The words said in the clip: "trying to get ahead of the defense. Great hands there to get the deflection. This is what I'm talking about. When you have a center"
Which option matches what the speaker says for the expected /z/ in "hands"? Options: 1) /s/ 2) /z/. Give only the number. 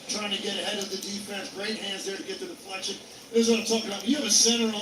2